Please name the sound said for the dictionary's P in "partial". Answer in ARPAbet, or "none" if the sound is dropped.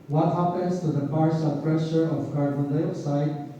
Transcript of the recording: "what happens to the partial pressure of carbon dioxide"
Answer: B